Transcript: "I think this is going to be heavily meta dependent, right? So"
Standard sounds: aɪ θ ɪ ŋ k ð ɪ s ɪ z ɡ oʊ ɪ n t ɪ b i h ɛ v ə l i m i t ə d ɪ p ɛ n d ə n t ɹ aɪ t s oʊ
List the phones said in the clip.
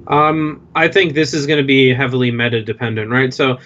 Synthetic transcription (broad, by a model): aɪ θ ɪ ŋ k ð ɪ s ɪ z ɡ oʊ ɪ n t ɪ b i h ɛ v l i m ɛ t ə d ɪ p ɛ n d ə n t ɹ aɪ t s oʊ